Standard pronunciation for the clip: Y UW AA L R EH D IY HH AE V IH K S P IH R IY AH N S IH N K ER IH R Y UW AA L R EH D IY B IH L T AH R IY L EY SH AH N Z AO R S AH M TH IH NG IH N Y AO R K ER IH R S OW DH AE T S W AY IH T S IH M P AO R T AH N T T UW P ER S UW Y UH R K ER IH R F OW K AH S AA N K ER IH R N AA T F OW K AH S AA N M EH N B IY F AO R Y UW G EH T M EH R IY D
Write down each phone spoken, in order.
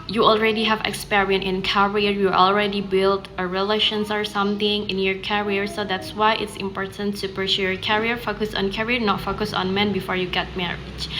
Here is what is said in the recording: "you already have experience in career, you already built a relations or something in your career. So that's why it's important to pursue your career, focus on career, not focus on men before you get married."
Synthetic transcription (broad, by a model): Y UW AA L R EH D IY HH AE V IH K S P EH R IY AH N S IH N K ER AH R Y UW AA L R EH D IY B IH L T AH R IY L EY SH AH N S AO R S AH M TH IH NG IH N Y AO R K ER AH R S OW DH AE T S W AY IH T S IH M P AO R T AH N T T UW P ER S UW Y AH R K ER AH R F OW K AH S AA N K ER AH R N AA T F OW K AH S AA N M EH N B IY F AO R Y UW G EH T M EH R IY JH